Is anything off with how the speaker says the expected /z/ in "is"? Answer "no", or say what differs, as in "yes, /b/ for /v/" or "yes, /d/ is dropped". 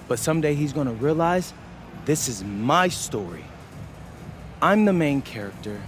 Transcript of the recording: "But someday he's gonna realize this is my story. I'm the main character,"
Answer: no